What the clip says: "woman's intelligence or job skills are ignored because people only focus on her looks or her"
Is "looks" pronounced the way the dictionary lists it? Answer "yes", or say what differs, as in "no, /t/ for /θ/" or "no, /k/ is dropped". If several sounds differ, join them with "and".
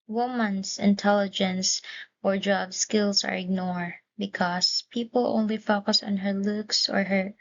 yes